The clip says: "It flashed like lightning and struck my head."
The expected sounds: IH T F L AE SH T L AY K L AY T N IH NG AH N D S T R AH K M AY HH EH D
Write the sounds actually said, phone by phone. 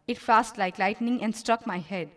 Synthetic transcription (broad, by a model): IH T F AE S T L AY K L AY T N IH NG AH N D S T R AH K M AY HH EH D